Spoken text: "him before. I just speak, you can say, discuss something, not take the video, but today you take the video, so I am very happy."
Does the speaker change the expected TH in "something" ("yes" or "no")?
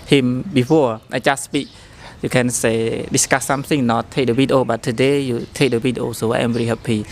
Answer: yes